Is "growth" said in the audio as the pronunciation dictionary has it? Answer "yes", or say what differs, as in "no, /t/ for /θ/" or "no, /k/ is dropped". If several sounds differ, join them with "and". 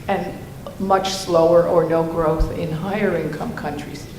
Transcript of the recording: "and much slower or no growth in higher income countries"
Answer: yes